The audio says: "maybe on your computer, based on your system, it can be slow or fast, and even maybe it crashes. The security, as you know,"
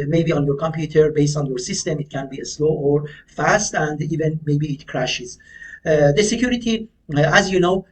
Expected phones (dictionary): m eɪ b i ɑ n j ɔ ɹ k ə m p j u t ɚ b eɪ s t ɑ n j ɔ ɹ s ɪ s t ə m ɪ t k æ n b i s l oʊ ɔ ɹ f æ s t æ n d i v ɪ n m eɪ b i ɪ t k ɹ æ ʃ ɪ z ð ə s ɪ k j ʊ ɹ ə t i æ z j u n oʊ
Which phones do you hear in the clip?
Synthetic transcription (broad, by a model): m eɪ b i ɑ n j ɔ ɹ k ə m p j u t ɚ b eɪ s t ɑ n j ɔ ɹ s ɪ s t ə m ɪ t k æ n b i s l oʊ ɔ ɹ f æ s t æ n d i v ɪ n m eɪ b i t k ɹ æ ʃ ɪ z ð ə s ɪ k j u ɹ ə t i æ z j u n oʊ